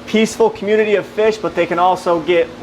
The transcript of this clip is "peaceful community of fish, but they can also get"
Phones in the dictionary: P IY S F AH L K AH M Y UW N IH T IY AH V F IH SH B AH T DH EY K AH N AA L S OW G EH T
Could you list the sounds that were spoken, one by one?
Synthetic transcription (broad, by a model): P IY S F L K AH M Y UW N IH T IY AH V F IH SH B AH T DH EY K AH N AA L S OW G EH T